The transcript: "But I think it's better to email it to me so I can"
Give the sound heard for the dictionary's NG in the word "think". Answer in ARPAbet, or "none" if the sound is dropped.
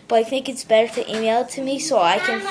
none